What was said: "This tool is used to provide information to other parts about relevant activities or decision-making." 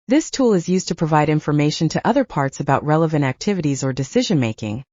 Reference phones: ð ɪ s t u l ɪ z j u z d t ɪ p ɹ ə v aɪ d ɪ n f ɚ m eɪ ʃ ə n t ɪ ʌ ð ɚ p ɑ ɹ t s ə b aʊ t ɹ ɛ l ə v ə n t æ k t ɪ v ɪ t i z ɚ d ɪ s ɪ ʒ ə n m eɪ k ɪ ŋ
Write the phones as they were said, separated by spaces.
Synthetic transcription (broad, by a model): ð ɪ s t u l ɪ z j u z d t ɪ p ɹ ə v aɪ d ɪ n f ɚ m eɪ ʃ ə n t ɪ ʌ ð ɚ p ɑ ɹ t s ə b aʊ t ɹ ɛ l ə v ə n t æ k t ɪ v ɪ t i z ɚ d ɪ s ɪ ʒ ə n m eɪ k ɪ ŋ